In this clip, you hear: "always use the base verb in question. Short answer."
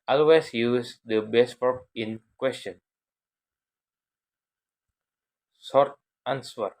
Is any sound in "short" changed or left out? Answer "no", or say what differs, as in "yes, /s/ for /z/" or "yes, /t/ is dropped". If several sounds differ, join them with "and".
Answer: yes, /s/ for /ʃ/